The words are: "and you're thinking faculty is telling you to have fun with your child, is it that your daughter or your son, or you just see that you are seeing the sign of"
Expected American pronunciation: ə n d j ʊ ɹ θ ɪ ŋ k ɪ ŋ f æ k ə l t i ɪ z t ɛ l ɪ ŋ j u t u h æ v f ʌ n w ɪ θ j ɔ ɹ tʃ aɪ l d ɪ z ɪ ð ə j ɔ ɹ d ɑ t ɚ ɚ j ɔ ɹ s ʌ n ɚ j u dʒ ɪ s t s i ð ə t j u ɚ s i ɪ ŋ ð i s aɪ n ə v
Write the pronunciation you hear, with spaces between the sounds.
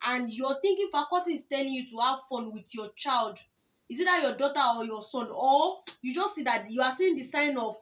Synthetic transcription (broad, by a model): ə n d j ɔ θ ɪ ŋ k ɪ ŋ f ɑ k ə t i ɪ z t ɛ l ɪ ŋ j u t u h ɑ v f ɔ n w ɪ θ j ɔ tʃ aɪ l d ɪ s ɪ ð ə j ɔ d ɑ t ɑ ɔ j ɔ s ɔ n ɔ j u dʒ ɪ s t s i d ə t j u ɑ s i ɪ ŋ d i s aɪ n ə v